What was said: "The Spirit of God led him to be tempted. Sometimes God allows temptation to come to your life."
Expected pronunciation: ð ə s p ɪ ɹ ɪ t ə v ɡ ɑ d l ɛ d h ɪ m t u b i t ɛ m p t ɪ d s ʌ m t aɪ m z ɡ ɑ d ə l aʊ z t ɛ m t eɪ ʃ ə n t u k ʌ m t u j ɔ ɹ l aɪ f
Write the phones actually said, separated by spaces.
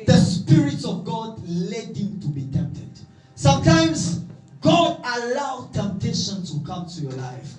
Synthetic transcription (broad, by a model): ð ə s p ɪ ɹ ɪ t ə v ɡ ɑ d l ɛ d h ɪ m t u b i t ɛ m p t ɪ d s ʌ m t aɪ m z ɡ ɑ d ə l aʊ t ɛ m t eɪ ʃ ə n t u k ʌ m t u j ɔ l aɪ f